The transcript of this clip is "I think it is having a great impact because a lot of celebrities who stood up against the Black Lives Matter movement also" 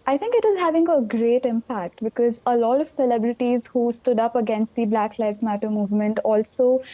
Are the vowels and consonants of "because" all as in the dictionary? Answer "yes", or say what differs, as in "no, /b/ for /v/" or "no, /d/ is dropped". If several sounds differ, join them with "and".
yes